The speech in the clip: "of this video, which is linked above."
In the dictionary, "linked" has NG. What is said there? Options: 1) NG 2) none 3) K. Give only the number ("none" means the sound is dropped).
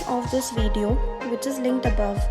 1